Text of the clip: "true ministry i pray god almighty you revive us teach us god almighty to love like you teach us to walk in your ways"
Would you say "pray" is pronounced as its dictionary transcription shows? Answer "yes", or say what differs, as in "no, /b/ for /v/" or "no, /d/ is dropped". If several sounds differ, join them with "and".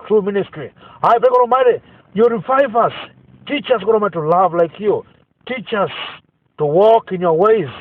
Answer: no, /ɹ/ is dropped